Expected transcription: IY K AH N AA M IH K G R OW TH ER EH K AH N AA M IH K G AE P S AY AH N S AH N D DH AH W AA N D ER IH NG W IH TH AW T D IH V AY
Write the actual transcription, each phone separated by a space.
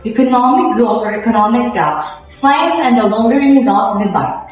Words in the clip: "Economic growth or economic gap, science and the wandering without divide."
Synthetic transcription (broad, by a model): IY K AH N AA M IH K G OW F ER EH K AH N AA M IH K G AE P S AY AH N S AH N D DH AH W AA L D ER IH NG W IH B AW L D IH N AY